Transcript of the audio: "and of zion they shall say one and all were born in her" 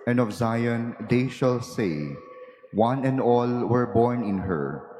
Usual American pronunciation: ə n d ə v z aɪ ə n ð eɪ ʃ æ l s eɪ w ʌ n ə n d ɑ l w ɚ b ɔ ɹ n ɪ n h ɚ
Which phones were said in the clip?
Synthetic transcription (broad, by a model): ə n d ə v z aɪ ə n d eɪ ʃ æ l s eɪ w ʌ n ə n d ɑ l w ɚ b ɔ ɹ n ɪ n h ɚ